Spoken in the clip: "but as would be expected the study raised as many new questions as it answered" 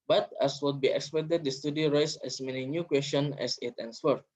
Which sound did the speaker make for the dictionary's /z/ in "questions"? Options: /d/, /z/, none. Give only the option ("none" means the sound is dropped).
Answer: none